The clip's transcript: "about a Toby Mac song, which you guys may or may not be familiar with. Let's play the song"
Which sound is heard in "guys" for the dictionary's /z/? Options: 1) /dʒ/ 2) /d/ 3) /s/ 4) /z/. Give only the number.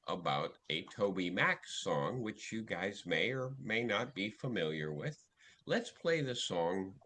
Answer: 4